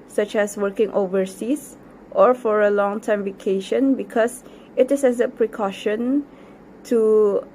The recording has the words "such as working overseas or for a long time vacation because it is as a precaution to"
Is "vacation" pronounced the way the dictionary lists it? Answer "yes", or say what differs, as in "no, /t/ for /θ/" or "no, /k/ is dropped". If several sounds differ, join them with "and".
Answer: yes